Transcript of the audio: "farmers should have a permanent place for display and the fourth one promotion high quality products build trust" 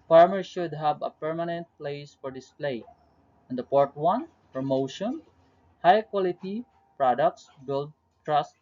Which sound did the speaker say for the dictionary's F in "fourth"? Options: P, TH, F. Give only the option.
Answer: P